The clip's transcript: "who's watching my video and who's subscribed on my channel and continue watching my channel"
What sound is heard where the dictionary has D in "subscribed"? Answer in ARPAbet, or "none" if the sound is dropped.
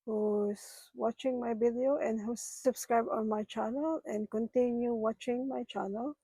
none